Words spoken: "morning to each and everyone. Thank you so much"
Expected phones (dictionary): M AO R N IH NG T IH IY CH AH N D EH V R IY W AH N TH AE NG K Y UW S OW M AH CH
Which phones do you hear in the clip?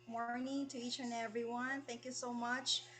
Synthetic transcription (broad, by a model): M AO R N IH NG T IH IY CH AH N EH V R IY W AH N TH AE NG K Y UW S OW M AH CH